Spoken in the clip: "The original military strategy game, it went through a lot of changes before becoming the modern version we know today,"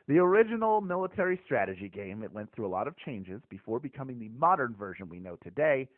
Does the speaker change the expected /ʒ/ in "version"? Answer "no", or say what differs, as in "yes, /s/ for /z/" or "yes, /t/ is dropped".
no